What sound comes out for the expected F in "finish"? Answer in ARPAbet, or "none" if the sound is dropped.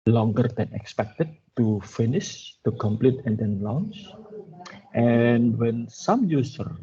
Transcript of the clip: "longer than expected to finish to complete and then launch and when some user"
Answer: F